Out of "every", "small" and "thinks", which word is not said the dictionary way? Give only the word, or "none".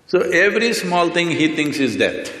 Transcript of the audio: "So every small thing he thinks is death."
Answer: thinks